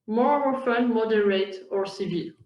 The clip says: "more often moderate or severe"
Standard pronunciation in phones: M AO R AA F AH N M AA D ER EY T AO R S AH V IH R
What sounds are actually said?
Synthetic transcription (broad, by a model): M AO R AA F AH N M AA D ER EY T AO R S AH V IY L